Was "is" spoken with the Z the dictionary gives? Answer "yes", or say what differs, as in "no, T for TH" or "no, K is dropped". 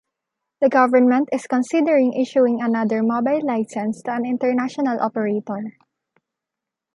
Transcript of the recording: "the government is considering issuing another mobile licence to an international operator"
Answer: no, S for Z